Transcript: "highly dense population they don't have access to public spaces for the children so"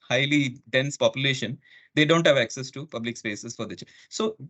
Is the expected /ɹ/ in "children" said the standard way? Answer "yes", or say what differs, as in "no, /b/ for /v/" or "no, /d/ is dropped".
no, /ɹ/ is dropped